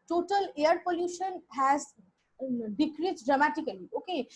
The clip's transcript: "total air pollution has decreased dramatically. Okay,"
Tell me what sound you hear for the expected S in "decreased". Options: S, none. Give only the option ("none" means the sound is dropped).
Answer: none